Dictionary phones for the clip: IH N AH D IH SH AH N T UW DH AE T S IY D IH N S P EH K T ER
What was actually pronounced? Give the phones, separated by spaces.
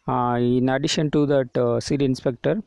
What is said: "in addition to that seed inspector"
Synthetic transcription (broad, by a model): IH N AH D IH SH AH N T UW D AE T S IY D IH N S P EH K T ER